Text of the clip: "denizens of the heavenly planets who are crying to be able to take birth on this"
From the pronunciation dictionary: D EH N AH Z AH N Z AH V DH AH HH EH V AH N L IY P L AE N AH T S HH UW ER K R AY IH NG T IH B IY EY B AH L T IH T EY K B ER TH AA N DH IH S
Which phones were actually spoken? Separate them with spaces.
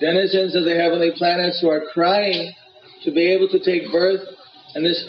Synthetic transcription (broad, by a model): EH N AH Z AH N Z AH V DH AH HH EH V AH N L IY P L AE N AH T S HH UW ER K R AY IH NG T IH B IY EY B L T IH T EY K B ER TH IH N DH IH S